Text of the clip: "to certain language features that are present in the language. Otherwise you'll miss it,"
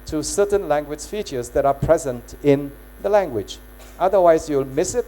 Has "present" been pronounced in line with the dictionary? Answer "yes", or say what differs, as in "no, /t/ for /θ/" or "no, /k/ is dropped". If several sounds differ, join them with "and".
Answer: yes